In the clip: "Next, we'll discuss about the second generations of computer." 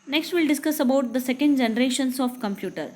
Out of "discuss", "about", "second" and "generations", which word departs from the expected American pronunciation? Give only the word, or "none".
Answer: generations